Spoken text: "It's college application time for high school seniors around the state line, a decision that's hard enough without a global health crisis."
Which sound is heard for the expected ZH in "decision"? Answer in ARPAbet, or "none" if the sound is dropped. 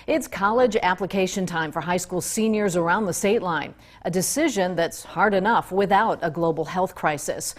ZH